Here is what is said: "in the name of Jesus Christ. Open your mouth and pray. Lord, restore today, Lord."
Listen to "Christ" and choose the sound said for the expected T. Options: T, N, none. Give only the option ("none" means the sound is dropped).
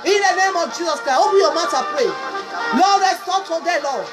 none